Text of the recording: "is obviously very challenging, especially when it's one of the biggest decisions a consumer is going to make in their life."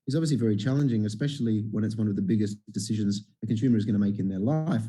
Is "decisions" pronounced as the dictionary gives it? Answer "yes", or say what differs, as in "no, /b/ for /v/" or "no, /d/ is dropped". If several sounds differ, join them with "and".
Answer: yes